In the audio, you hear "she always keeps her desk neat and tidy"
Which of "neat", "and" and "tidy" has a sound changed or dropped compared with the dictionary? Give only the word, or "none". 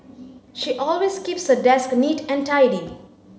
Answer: none